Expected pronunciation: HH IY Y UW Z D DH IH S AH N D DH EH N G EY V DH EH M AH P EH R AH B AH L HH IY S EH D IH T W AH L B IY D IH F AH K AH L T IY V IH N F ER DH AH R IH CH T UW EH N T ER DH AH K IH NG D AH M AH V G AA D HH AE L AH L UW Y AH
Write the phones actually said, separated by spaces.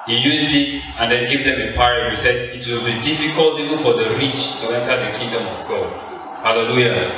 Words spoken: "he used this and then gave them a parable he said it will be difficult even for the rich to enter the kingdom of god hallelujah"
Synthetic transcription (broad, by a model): HH IY Y UW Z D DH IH S AH N D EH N G EY V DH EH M AH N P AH AH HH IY S EH D IH T W AH L B IY D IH F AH K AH L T IY V IH N F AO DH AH R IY CH T UW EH N T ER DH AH K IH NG D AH M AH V G AA D HH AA L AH L UW Y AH